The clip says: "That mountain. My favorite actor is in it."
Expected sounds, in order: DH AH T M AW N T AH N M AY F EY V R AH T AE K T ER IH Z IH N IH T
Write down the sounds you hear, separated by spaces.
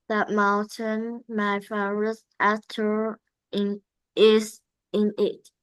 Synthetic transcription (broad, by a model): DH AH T M AW N T AH N M AY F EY R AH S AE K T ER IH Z IH N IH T